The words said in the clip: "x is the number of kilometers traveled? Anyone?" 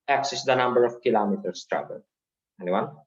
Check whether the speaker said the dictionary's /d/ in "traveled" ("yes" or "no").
no